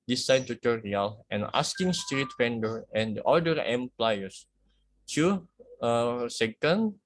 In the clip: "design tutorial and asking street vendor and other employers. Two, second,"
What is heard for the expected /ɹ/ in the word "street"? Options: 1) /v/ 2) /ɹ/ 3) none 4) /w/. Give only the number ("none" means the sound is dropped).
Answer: 2